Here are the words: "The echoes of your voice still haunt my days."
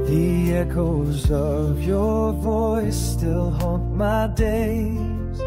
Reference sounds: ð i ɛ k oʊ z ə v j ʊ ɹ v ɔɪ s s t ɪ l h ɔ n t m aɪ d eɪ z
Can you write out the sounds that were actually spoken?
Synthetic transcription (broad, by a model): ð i ɛ k oʊ z ə v j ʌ ɹ v ɔɪ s s t ɪ l h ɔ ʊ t m aɪ d eɪ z